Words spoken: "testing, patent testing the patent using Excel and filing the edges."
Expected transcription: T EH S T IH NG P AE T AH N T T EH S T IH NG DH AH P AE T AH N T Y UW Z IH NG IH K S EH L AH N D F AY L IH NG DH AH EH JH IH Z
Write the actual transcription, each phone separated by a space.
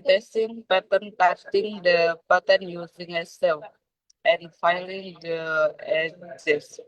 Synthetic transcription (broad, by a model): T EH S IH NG P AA T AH N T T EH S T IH NG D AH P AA T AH N Y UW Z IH NG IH S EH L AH N F AY L IH NG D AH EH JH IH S